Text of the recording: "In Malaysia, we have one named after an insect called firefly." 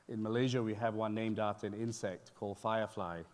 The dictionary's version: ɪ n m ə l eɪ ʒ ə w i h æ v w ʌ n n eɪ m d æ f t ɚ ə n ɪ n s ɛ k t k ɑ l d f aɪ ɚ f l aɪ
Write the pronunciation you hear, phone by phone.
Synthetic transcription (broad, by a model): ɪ n m ə l eɪ ʒ ə w i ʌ v w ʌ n n eɪ m d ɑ t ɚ ə n ɪ n s ɛ k t k ɑ l d f aɪ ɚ f l aɪ